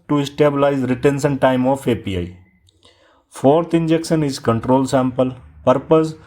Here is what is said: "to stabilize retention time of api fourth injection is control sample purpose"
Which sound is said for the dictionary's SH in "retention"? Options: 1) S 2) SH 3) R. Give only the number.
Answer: 1